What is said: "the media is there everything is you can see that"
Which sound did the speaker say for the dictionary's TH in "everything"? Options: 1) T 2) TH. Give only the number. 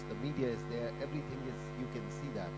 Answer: 2